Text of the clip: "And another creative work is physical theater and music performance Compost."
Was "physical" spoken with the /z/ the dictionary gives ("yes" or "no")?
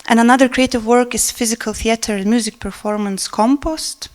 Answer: yes